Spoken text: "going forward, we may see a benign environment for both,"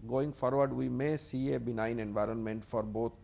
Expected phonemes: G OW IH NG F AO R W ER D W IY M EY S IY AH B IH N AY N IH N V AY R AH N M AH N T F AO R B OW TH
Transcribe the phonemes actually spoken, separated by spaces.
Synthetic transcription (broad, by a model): G OW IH NG F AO R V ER D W IY M EY S IY AH B IH N AY N IH N V AY R AH N M AH N T F AO R B OW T